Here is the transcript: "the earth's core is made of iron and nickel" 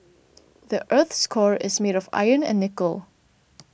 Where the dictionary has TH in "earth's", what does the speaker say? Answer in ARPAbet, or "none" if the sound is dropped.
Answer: TH